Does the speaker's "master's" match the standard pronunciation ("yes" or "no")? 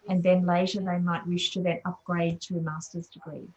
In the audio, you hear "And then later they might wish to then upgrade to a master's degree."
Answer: yes